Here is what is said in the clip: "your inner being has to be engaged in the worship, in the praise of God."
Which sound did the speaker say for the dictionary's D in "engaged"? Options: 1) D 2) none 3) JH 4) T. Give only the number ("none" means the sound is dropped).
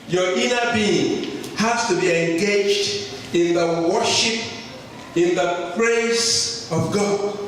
1